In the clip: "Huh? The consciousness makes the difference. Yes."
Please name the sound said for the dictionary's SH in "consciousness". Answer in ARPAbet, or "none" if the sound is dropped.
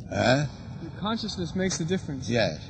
SH